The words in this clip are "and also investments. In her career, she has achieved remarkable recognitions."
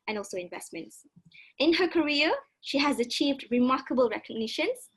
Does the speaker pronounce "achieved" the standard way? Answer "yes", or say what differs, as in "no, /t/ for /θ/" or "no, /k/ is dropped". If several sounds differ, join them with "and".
yes